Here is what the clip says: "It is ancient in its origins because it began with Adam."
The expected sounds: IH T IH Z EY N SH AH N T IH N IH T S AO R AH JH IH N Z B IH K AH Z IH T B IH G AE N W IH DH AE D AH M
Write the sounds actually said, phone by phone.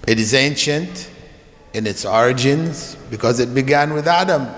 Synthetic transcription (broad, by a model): IH T IH Z EY N SH AH N T IH N IH T S AO R AH JH IH N Z B IH K AH Z IH T B IH G AE N W IH DH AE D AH M